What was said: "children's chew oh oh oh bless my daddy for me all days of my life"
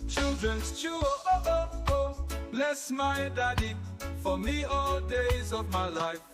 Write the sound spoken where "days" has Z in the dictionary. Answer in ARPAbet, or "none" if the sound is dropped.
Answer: Z